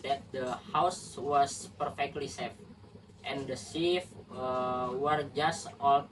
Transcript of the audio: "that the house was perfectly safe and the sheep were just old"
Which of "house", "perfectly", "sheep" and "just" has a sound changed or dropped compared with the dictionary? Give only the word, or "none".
sheep